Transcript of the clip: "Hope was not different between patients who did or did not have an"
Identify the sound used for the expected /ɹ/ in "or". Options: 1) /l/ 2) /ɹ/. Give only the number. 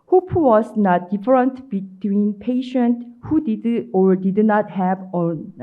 2